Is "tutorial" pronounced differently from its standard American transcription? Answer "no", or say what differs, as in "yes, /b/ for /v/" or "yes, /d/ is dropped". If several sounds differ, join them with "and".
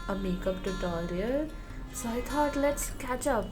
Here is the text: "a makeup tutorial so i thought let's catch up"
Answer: yes, /l/ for /ɹ/